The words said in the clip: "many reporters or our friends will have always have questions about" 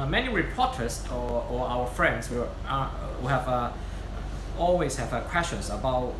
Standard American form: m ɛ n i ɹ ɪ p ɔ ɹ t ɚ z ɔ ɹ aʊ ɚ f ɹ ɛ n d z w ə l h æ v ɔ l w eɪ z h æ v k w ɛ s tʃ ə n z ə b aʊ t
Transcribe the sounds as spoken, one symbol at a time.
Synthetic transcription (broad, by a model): m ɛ n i ɹ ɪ p ɔ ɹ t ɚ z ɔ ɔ aʊ ɚ f ɹ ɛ n d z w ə w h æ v ɔ l w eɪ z h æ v k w ɛ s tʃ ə n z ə b aʊ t